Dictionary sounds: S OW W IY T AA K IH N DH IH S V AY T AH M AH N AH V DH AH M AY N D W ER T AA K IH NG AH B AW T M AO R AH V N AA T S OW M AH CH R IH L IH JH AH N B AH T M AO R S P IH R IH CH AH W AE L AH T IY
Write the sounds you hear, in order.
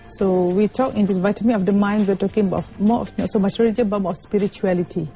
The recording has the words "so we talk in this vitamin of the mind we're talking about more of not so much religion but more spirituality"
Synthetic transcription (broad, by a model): S OW W IY T AA K IH N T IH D V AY T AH M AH AH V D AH M AY N D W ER T AA K IH NG AH B AW T M AO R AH F N AA T S OW M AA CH R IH L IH JH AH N B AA T M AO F S P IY R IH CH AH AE L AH T IY